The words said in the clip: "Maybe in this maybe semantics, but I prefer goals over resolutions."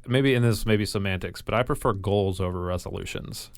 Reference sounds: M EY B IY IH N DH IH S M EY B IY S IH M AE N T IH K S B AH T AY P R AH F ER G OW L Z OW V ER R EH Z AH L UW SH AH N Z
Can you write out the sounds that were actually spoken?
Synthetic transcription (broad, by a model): M EY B IY IH N DH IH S M EY B IY S IH M AE N T IH K S B AH T AY P R AH F ER G OW L Z OW V ER R EH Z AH L UW SH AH N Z